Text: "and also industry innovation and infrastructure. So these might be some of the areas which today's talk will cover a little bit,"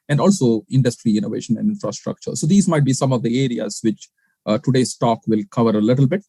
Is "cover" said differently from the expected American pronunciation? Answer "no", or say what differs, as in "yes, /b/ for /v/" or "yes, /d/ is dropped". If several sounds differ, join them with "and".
no